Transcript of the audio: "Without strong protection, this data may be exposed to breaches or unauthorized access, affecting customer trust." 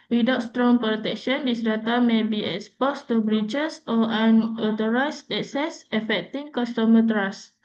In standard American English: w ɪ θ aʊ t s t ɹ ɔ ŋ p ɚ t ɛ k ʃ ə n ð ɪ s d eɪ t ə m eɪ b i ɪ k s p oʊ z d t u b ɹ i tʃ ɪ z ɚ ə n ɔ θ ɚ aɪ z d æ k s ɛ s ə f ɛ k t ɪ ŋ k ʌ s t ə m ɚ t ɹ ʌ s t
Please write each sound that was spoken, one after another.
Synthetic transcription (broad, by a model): w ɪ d aʊ t s t ɹ ɔ ŋ p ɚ t ɛ k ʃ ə n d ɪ s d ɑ t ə m eɪ b i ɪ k s p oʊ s t u b ɹ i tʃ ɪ s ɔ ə n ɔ t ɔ aɪ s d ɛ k s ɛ s ə f ɛ k t ɪ ŋ k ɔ s t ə m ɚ t ɹ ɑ s